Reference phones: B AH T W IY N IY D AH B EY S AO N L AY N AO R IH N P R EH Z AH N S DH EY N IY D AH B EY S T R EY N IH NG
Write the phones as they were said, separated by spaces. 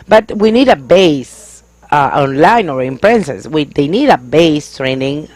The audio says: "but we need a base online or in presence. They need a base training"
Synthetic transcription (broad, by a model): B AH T W IY N IY D AH B EY S AO N L AY N AO R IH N P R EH S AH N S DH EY N IY D AH B EY S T R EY N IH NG